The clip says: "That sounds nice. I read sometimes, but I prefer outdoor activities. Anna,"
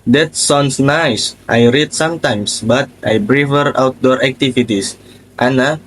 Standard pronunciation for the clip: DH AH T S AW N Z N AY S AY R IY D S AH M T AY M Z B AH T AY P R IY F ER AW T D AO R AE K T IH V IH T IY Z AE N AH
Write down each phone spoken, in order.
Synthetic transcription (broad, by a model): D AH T S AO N S N AY S AY R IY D S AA M T AY M S B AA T AY B R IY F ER AW T D AO R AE K T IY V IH T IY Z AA N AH